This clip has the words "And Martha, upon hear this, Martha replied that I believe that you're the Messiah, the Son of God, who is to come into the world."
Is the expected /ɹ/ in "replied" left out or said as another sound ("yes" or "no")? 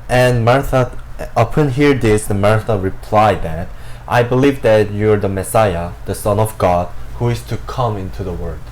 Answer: no